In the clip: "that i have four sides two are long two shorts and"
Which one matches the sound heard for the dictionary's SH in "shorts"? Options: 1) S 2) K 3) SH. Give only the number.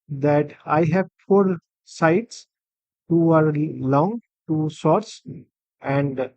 1